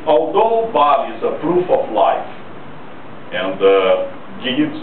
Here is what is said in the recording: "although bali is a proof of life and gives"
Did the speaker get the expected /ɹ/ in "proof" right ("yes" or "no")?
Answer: yes